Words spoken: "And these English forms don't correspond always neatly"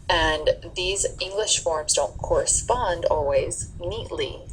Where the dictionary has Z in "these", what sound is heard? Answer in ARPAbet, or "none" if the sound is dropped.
Z